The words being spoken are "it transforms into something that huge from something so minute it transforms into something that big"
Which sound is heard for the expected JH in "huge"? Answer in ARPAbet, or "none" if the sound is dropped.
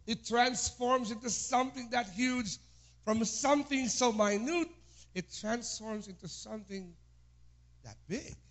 Z